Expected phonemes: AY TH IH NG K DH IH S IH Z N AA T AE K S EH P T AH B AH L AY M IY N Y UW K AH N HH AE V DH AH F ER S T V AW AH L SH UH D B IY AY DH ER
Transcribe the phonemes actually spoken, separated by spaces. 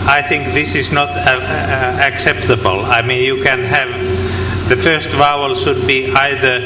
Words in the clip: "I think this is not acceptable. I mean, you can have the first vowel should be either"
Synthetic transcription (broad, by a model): AY TH IH NG K DH IH S IH Z N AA T AE K S EH P T AH B AH L AY M IY N Y UW K AH N HH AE V DH AH F ER S T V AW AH L SH UH D B IY AY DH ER